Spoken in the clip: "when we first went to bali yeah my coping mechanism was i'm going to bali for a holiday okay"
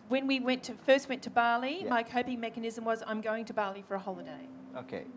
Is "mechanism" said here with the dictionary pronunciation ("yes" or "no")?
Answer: yes